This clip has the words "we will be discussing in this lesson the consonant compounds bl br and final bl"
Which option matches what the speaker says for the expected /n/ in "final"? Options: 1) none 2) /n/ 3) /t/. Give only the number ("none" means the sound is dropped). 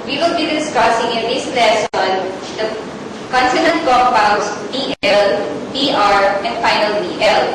2